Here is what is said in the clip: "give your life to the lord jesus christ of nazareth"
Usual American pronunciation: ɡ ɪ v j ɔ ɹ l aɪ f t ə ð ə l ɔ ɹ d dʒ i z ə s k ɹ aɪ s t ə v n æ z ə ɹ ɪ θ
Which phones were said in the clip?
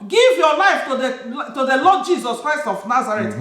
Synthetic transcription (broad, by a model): ɡ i v j ɔ l aɪ f t ə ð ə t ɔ l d dʒ i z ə s k ɹ aɪ s t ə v n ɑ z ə ɹ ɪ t